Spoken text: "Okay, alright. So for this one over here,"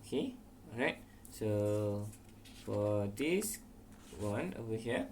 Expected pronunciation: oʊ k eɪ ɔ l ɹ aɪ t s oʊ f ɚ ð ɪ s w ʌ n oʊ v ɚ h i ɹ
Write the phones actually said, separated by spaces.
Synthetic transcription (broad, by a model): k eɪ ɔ ɹ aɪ t s oʊ f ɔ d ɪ s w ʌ n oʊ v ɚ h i